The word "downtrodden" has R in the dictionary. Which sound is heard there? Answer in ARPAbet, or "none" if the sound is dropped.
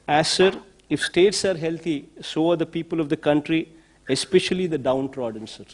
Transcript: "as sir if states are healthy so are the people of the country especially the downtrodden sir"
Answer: R